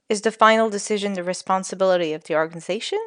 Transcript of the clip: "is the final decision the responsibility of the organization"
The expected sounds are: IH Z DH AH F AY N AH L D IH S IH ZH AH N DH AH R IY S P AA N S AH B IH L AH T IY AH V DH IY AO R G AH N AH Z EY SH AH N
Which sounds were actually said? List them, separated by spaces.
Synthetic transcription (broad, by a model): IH Z DH AH F AY N L D IH S IH ZH AH N DH AH R IY S P AA N S AH B IH L AH T IY AH V DH IY AO R G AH N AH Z EY SH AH N